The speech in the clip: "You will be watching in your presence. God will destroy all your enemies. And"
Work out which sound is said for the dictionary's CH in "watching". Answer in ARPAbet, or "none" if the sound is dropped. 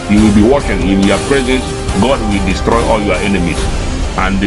SH